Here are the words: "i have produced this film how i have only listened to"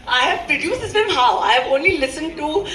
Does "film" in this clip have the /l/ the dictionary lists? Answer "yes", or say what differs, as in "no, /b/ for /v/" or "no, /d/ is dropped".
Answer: no, /l/ is dropped